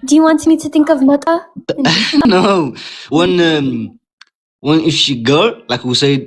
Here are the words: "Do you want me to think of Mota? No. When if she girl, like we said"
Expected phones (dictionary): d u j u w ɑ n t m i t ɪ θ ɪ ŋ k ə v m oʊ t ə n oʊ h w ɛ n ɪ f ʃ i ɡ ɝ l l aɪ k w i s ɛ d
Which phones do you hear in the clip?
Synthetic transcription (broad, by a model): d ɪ j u w ɑ n t m i t ɪ θ ɪ ŋ k ə v m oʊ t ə n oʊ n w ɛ n ɪ f ʃ i ɡ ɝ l l aɪ k w i s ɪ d